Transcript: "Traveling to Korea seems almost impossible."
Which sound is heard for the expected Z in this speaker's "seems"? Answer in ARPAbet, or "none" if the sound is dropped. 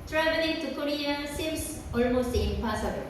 S